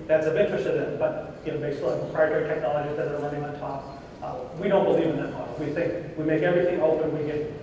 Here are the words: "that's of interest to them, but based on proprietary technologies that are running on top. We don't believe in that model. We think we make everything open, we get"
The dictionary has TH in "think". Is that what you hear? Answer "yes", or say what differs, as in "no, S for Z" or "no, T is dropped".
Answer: yes